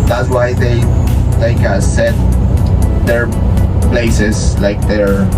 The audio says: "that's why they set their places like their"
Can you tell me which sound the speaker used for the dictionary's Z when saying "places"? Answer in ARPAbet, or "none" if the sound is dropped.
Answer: S